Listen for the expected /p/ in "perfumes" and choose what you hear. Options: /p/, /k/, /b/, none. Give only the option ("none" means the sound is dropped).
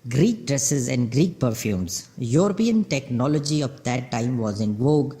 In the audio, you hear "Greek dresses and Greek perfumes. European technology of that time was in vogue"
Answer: /p/